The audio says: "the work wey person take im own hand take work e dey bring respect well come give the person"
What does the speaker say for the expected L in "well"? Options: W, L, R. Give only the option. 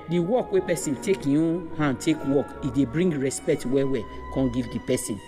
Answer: W